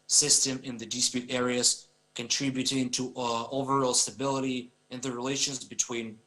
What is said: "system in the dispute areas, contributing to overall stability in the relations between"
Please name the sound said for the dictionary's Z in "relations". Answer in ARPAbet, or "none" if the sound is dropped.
Z